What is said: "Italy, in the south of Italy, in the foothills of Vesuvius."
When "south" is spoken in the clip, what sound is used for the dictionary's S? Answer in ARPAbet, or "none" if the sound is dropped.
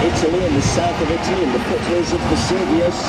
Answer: S